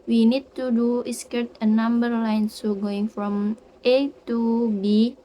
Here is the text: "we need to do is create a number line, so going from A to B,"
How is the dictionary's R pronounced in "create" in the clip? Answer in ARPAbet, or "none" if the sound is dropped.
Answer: none